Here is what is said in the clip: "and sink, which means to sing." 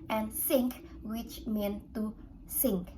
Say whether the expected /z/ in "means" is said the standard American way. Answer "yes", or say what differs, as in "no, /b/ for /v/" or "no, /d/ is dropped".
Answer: no, /z/ is dropped